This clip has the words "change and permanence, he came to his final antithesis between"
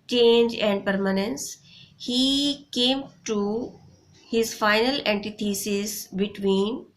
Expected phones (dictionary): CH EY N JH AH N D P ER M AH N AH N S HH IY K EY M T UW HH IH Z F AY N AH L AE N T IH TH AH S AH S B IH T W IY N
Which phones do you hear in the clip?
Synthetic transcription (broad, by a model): CH EY N JH AH N D P ER M AH N AH N S HH IY K EY M T UW HH IH Z F AY N AH L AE N T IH T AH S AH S B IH T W IY N